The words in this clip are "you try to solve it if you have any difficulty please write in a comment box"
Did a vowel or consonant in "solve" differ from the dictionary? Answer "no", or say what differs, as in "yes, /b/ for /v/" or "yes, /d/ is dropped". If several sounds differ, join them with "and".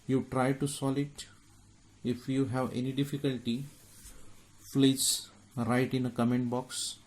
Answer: yes, /v/ is dropped